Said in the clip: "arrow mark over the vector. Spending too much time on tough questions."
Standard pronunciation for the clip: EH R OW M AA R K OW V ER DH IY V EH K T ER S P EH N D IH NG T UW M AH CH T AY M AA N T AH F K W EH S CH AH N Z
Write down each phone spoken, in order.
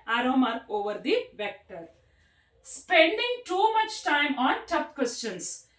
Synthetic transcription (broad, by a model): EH R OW M AA R K OW V ER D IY V EH K T ER S P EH N D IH NG T UW M AH CH T AY M AA N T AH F K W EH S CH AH N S